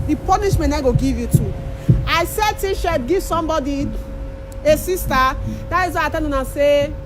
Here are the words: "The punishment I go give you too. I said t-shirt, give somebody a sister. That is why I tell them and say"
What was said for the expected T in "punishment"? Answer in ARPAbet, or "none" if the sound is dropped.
none